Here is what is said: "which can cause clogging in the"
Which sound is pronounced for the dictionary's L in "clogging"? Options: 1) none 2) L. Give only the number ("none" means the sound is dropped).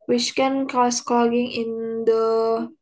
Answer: 1